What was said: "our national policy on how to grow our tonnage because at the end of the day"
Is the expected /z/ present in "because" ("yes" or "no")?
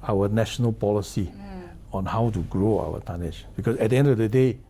no